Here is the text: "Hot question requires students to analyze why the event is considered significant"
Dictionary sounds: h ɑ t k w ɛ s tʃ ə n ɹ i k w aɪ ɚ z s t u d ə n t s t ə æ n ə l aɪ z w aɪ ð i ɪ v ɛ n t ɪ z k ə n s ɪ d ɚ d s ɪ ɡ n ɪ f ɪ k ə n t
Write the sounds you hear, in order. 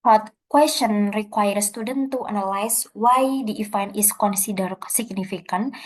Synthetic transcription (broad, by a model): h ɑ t k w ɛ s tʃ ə n ɹ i k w aɪ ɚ s t u d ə n t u t ə n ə l aɪ s w aɪ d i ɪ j n ɪ s k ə n s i d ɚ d s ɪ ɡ n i f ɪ k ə n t